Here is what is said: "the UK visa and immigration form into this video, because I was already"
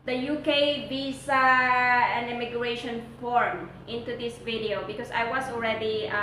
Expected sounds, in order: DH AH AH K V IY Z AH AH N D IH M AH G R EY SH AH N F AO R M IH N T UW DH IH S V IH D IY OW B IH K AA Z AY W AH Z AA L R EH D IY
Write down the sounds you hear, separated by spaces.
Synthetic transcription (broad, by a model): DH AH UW K B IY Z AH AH N IH M AH G R EY SH AH N F AO R M IH N T UW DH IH S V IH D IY OW B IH K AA S AY W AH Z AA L R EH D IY